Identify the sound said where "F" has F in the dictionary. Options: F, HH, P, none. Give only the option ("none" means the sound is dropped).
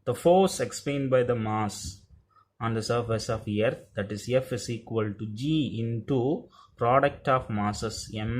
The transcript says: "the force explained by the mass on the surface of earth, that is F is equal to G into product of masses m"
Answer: F